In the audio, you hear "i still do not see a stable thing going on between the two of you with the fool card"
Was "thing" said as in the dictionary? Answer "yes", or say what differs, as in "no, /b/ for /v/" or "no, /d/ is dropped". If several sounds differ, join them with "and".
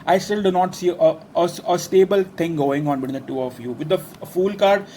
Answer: no, /t/ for /θ/